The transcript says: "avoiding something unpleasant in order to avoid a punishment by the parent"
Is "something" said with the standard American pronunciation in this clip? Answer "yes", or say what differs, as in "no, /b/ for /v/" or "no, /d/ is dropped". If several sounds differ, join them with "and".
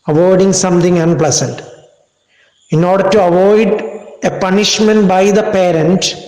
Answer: no, /t/ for /θ/